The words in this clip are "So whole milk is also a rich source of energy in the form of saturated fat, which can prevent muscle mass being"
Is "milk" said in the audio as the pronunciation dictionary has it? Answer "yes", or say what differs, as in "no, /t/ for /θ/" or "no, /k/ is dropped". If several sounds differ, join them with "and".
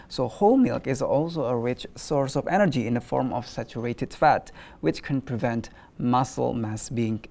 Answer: yes